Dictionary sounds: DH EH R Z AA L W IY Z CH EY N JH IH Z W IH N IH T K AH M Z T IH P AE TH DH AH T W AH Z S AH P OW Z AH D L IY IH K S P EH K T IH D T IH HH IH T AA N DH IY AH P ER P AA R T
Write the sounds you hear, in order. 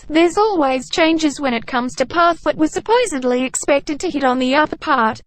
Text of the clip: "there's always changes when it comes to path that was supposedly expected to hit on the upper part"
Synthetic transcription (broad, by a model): DH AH R Z AA L W IY Z CH EY N JH IH Z W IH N IH T K AH M Z T IH P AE TH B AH T W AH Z S AH P OW Z AH D L IY IH K S P EH K T IH D T IH HH IH T N DH IY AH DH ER P AA R T